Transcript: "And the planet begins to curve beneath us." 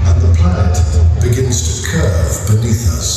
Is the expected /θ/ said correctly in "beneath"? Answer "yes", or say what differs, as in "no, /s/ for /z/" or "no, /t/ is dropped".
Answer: yes